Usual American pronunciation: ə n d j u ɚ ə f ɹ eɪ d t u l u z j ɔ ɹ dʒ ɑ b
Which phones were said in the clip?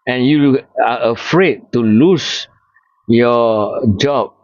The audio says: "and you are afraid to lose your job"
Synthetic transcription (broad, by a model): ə n j u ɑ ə f ɹ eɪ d t u l u s j ɔ dʒ ɑ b